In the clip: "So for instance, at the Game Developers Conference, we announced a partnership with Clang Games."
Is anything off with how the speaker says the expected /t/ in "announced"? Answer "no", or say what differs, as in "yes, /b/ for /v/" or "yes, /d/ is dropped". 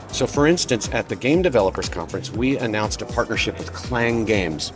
no